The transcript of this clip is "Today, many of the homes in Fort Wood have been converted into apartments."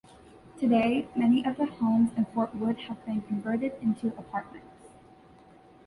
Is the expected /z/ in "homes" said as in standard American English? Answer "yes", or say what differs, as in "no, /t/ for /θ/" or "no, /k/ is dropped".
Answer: yes